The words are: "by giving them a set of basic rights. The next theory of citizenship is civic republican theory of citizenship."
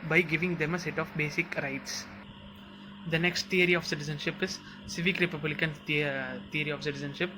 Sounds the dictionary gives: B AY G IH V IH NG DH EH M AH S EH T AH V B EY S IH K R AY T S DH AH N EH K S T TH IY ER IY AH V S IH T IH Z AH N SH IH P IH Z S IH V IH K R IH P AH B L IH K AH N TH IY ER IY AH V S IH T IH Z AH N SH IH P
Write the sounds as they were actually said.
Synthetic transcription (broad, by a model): B AY G IH V IH NG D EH M AH S EH T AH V B EY S IH K R AY T S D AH N EH K S T T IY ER IY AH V S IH T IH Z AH N SH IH P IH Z S IH V IH K R IH P AH B L IH K AH N T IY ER IY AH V S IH T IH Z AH N SH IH P